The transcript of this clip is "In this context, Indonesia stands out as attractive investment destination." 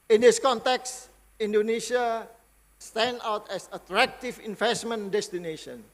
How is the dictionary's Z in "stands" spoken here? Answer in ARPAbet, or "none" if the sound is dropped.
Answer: none